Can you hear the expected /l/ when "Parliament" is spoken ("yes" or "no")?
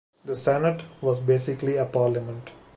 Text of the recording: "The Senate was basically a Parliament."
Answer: yes